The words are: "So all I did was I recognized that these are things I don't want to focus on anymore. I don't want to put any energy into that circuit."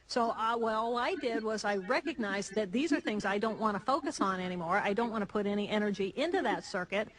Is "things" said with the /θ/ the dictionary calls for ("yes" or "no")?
yes